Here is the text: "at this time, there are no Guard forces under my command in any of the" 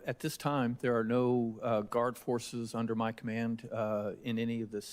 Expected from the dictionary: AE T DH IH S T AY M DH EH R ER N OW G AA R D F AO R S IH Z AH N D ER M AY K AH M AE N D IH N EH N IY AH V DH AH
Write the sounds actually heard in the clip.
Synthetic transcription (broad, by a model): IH T DH IH S T AY M DH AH R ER N OW G AA R D F AO R S IH Z AH N D ER M AY K AH M AE N D IH N EH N IY AH V DH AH